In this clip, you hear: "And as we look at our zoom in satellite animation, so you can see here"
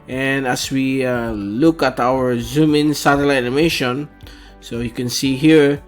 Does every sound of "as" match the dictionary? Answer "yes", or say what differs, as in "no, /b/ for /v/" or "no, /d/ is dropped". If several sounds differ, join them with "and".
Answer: no, /s/ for /z/